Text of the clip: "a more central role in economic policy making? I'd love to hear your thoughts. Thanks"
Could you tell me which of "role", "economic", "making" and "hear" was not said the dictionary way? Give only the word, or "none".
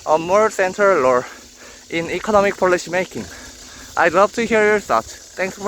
role